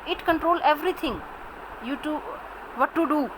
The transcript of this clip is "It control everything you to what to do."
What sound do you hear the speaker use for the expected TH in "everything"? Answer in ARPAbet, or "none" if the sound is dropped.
T